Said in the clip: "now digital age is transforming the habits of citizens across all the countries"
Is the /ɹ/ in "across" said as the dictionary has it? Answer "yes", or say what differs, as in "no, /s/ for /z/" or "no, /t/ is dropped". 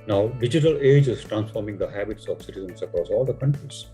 yes